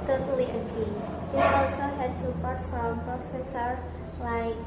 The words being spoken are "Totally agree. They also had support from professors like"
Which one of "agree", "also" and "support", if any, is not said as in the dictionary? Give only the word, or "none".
agree